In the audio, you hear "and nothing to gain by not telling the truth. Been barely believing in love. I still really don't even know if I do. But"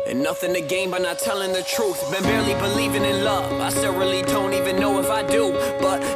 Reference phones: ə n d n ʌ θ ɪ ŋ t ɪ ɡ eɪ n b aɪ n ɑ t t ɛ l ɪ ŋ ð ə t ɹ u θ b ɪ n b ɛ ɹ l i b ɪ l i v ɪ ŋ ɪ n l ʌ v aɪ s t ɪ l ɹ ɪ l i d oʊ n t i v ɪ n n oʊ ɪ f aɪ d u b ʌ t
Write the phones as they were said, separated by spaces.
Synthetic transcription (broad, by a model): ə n n ʌ θ ɪ ŋ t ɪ ɡ eɪ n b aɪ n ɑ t t ɛ l ɪ ŋ ð ə t ɹ u θ b ɪ n b ɛ ɹ l i b ɪ l i v ɪ ŋ ɪ n l ʌ v aɪ s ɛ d ɹ ɪ l i d oʊ n t i v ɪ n n oʊ ɪ f aɪ d u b ʌ t